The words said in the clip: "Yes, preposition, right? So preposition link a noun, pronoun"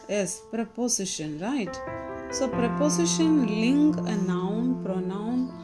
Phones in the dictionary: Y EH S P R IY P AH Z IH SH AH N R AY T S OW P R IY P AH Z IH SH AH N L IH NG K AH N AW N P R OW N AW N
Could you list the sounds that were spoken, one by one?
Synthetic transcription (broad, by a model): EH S P R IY P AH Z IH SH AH N R AY T S OW P R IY P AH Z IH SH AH N L IH NG K AH N AW N P R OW N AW N